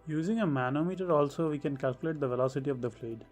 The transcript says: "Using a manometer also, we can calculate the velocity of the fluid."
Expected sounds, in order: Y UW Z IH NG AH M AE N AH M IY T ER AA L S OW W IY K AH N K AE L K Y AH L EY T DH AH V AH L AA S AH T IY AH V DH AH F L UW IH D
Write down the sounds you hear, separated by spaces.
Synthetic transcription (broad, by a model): Y UW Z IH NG AH M AE N AH M IY T ER AA L S OW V IY K AH N K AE L K Y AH L EY T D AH V AH L AA S AH T IY AH V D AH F L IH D